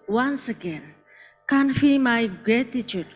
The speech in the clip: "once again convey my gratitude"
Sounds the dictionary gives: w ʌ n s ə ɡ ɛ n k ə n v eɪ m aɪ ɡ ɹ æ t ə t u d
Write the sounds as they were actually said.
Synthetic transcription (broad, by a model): w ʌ n s ə ɡ ɛ n k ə n f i m aɪ ɡ ɹ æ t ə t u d